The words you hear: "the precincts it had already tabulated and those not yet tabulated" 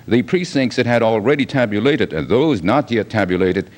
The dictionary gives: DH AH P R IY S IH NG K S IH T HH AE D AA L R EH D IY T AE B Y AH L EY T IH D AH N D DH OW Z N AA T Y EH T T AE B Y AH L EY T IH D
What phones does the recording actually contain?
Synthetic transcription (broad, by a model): DH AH P R IY S IH NG K S IH T HH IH D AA L R EH D IY T AE B Y AH L EY T IH D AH N DH OW Z N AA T Y EH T T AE B Y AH L EY T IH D